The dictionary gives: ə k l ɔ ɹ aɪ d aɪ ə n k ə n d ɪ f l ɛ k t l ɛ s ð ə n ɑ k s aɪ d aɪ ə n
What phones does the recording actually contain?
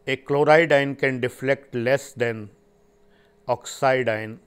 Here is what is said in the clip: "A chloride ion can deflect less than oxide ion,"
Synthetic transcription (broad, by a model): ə k l ɔ ɹ aɪ d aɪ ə n k ə n d ɪ f l ɛ k t l ɛ s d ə n ɑ k s aɪ d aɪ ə n